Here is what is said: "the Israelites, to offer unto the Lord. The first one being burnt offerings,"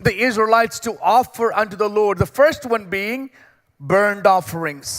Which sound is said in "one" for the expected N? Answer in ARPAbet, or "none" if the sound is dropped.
N